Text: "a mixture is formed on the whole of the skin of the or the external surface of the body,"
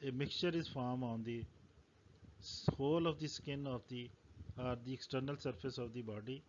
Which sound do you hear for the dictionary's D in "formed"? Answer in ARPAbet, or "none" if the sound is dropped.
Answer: none